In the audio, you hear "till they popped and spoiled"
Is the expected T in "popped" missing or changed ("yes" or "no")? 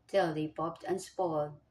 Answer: no